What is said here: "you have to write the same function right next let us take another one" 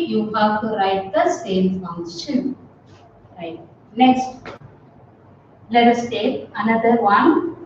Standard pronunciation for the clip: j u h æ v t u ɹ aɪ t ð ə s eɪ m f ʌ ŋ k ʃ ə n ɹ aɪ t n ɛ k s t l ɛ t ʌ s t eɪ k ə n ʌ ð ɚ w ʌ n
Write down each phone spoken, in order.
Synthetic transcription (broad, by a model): j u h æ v t u ɹ aɪ t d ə s eɪ m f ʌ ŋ ʃ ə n ɹ aɪ t n ɛ k s t l ɛ t ʌ s t eɪ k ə n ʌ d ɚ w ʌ n